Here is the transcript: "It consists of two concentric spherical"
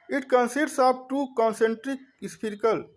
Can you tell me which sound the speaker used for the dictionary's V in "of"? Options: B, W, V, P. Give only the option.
B